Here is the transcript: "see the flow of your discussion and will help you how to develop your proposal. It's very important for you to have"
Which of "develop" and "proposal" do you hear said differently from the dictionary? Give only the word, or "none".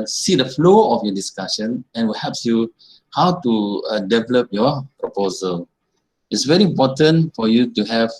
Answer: none